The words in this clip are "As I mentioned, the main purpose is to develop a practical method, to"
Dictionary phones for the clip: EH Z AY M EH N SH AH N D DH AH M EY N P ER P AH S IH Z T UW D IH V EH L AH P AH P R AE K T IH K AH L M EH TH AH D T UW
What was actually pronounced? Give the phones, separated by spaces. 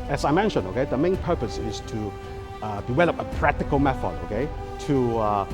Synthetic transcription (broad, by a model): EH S AY M EH N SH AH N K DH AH M EY N P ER P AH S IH S T UW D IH W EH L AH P AH P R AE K T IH K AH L M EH T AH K T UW